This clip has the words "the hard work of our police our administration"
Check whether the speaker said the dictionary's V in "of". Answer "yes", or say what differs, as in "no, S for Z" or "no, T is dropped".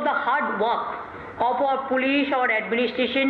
no, P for V